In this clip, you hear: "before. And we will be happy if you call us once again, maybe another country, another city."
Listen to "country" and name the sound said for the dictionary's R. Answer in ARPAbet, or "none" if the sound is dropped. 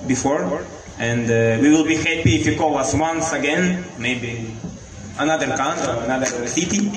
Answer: none